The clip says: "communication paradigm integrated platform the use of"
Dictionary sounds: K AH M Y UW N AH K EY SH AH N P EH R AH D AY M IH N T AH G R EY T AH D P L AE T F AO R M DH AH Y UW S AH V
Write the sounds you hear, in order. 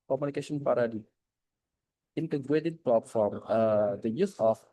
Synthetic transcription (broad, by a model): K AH M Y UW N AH K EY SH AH N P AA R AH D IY IH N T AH G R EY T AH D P AO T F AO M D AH Y UW S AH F